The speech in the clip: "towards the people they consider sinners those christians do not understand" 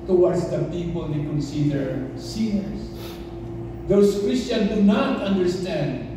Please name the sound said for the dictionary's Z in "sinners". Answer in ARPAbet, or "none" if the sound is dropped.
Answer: S